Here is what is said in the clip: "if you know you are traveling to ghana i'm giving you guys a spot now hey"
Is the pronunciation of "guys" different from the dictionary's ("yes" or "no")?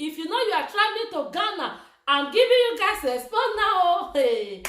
yes